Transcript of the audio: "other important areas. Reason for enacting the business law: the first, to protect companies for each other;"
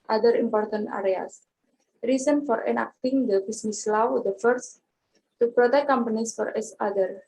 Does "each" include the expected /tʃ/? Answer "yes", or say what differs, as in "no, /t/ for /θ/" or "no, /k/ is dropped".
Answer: no, /s/ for /tʃ/